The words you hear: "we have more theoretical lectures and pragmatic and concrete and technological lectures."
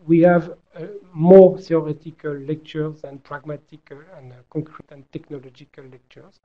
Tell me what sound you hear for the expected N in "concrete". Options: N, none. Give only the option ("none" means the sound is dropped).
none